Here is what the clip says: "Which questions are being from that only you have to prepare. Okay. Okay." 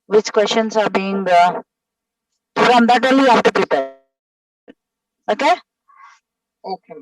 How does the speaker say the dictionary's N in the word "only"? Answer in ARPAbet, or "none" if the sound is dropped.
none